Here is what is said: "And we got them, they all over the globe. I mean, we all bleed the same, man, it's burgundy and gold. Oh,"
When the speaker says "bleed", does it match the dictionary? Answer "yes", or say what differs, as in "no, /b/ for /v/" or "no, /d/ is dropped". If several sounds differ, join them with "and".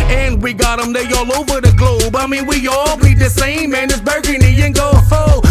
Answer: no, /l/ is dropped